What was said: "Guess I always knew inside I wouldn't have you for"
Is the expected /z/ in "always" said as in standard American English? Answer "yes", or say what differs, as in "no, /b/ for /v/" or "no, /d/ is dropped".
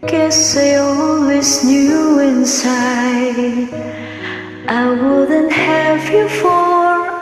no, /s/ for /z/